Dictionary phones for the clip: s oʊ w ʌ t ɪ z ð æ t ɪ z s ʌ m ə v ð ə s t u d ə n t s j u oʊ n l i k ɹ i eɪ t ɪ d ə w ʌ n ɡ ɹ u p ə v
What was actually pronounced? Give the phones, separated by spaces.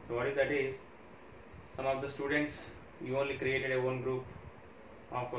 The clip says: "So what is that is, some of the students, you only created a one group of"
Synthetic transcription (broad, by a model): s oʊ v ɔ t ɪ z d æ t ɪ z s ʌ m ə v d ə s t u d ə n t s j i oʊ n l i k ɹ i eɪ t ɪ d ə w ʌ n ɡ ɹ u p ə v